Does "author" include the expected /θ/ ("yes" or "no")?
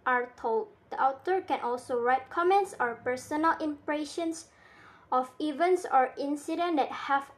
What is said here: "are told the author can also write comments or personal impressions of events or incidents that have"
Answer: no